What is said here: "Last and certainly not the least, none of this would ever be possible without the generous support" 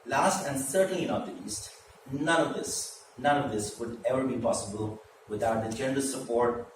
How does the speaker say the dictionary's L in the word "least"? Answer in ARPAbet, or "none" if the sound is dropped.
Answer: N